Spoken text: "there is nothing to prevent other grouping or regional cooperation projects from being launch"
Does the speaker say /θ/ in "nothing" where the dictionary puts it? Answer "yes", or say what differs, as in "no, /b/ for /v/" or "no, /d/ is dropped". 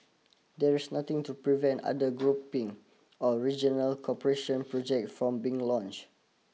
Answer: no, /t/ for /θ/